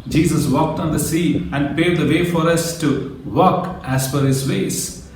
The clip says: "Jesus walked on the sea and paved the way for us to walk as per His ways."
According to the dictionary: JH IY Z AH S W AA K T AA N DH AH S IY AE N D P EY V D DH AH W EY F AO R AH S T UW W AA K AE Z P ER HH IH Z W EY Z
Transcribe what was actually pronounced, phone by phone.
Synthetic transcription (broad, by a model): JH IY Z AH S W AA K T AA N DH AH S IY AE N D P EY D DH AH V EY F AO R AH S T UW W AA K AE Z F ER HH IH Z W EY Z